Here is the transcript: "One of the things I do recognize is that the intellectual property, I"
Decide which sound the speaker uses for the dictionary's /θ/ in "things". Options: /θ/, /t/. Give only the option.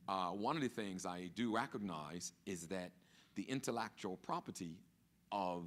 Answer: /θ/